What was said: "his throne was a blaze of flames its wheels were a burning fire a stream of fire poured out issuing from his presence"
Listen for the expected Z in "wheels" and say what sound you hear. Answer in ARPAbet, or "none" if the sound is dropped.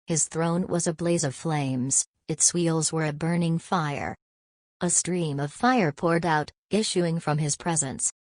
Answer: Z